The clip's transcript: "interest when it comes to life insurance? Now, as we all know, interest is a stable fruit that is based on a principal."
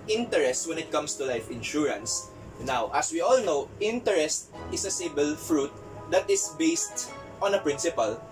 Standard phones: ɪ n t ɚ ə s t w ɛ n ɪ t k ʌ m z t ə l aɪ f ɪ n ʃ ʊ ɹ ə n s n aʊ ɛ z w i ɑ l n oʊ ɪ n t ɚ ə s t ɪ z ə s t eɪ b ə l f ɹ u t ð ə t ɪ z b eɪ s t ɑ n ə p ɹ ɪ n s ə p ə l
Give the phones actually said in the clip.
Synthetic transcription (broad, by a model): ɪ n t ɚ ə s t w ɛ n ɪ t k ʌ m s t ə l aɪ f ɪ n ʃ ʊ ɹ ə n s n aʊ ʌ s w i ɑ l n oʊ ɪ n t ɚ ə s t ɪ s ə s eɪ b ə l f ɹ u t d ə t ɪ s b eɪ s t ɑ n ə p ɹ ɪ n s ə p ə l